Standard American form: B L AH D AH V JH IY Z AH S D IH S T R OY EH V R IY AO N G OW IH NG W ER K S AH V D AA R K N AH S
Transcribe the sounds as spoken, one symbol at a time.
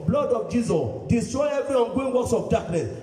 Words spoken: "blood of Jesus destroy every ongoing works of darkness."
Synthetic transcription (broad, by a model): B L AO D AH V JH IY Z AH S D IH S T R OY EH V IY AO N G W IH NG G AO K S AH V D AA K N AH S